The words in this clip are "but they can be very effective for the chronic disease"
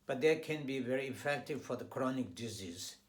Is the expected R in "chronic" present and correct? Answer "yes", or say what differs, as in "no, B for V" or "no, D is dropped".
yes